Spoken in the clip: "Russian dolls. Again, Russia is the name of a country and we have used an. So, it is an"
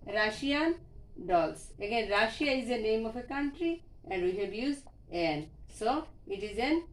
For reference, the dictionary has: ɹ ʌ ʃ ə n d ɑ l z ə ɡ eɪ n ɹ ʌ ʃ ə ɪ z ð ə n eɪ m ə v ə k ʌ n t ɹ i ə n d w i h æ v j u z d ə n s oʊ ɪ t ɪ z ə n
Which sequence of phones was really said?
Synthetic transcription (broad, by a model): ɹ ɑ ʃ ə n d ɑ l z ə ɡ eɪ n ɹ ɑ ʃ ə ɪ z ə n eɪ m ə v ə k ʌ n t ɹ i ə n d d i h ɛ b j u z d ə n s oʊ ɪ t ɪ z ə n